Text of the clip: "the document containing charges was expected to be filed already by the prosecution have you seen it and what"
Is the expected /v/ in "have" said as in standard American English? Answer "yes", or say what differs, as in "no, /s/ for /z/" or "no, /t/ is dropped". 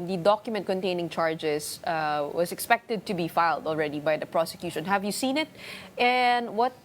yes